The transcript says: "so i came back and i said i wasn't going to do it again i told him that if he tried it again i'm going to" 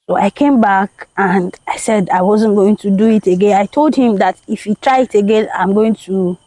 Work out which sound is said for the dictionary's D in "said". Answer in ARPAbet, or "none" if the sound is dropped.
D